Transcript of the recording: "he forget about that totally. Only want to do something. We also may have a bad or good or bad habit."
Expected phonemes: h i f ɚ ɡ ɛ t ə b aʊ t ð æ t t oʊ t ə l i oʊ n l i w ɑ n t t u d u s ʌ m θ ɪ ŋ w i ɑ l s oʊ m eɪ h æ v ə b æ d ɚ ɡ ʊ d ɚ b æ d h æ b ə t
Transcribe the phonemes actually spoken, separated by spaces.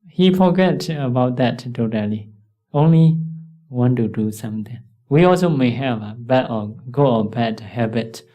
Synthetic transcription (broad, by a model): h i f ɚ ɡ ɛ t ə b aʊ t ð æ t t oʊ t ə l i oʊ n l i w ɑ n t t u d u s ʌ m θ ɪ ŋ w i ɑ l s oʊ m eɪ h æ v ə b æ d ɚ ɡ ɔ ɚ b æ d h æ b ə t